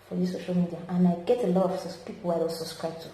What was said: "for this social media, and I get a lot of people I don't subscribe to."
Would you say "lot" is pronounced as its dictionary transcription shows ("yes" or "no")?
yes